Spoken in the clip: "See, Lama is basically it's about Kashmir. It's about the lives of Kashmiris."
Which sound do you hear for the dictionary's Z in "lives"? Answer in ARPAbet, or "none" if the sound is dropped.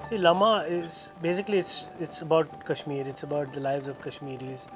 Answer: Z